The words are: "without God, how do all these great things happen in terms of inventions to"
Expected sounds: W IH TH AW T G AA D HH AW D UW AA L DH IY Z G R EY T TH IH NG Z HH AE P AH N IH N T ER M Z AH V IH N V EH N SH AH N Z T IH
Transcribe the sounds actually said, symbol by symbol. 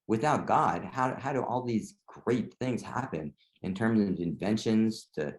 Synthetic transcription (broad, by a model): W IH TH AW T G AA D HH AW D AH AA L DH IY Z G R EY T TH IH NG Z HH AE P AH N IH N T ER M Z AH V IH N V EH N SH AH N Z T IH